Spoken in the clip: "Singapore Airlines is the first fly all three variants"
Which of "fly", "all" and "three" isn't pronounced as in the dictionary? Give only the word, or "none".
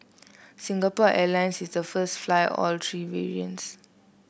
three